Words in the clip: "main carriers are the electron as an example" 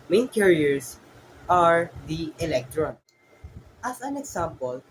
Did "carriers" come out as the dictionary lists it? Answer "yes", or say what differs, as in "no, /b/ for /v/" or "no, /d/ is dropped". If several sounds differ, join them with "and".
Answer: no, /s/ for /z/